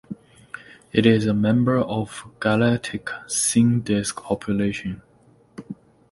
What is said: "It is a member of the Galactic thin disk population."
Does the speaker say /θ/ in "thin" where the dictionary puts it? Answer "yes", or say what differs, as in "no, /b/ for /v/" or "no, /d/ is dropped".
no, /s/ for /θ/